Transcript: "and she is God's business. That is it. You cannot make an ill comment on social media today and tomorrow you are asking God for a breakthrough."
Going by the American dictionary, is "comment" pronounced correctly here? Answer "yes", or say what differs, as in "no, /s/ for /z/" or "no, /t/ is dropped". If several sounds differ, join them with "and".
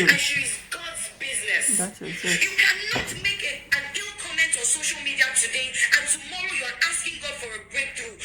yes